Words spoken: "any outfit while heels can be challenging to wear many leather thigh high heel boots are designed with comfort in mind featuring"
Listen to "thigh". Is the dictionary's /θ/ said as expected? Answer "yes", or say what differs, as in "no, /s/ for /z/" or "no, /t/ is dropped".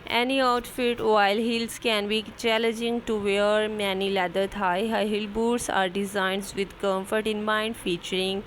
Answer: no, /t/ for /θ/